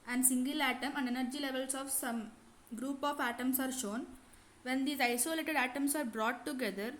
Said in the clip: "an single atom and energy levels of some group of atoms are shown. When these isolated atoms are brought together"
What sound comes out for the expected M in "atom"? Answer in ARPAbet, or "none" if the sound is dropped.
M